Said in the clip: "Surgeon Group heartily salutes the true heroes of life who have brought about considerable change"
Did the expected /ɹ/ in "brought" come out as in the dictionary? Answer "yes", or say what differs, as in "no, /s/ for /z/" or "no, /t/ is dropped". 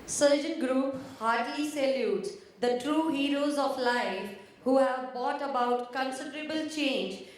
no, /ɹ/ is dropped